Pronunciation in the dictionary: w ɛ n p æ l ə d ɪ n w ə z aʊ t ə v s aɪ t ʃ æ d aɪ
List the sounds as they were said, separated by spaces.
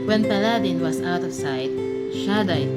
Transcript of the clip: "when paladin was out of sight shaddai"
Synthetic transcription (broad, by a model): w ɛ n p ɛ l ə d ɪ n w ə s aʊ t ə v s aɪ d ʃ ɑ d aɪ